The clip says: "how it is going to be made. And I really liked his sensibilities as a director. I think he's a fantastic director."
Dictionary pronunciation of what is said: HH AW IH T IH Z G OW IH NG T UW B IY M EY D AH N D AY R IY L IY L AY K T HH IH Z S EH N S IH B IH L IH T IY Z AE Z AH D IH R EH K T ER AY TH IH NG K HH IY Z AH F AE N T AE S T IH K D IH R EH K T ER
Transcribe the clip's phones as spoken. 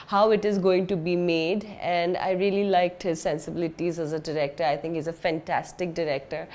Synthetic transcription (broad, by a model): HH AW IH T IH Z G OW IH NG T UW B IY M EY D AH N D AY R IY L IY L AY K T HH IH Z S EH N S IH B IH L IH T IY Z AE Z AH D IH R EH K T ER AY T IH NG K HH IY Z AH F AE N T AE S T IH K D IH R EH K T ER